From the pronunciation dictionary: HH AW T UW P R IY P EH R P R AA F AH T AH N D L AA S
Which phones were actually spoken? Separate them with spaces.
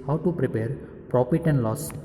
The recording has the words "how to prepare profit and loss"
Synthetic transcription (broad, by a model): HH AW T UW P R IY P EH R P R AA F AH T AH N D L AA S